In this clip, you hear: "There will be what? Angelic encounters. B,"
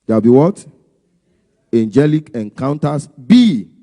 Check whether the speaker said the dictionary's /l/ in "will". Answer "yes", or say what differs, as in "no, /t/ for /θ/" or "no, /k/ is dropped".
no, /w/ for /l/